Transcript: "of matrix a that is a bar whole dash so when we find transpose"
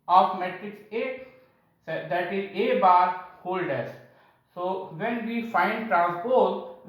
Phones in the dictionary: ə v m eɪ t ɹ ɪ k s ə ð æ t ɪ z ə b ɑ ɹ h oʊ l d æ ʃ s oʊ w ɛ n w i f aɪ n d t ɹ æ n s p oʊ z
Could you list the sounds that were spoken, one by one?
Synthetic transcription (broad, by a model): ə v m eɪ t ɹ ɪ k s ə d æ t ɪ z ə b ɑ ɹ h oʊ l d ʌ s s oʊ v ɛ n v i f aɪ n d t ɹ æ n s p oʊ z